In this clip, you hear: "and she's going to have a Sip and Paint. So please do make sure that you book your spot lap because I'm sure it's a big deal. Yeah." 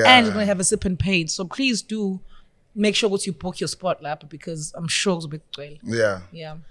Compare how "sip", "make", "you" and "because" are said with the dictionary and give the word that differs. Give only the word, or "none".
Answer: none